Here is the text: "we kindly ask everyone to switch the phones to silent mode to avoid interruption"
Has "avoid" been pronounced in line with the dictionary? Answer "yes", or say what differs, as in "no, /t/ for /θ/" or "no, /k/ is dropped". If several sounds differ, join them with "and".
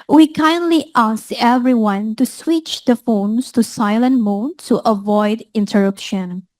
yes